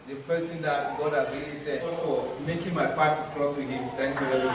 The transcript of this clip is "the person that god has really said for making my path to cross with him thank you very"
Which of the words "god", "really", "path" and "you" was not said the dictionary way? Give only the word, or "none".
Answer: path